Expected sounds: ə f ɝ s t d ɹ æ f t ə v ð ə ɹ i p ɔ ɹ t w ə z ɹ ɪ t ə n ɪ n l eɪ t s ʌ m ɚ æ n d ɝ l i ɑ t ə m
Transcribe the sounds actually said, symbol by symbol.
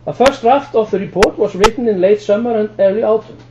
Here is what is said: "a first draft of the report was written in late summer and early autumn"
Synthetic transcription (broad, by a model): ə f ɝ s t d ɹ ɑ f t ə v ð ə ɹ i p ɔ ɹ t w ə s ɹ ɪ t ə n ɪ n l eɪ t s ʌ m ɚ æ n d ɝ l i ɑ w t